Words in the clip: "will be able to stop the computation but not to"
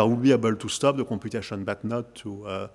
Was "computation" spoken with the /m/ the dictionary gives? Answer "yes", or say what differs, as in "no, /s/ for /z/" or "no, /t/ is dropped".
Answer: no, /m/ is dropped